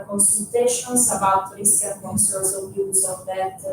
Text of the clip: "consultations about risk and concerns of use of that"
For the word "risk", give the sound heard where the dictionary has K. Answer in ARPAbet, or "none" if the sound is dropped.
none